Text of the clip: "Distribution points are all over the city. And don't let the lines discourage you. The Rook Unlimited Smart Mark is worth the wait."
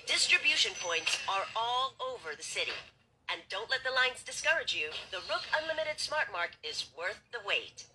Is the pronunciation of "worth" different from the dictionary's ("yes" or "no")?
no